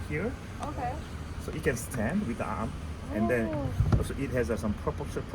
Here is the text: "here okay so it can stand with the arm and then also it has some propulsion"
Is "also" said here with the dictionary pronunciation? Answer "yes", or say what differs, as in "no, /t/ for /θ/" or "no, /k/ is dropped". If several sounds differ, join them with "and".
no, /l/ is dropped